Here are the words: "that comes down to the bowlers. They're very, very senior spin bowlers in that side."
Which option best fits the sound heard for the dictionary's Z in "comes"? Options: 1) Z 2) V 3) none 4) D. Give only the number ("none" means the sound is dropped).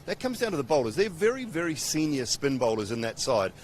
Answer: 1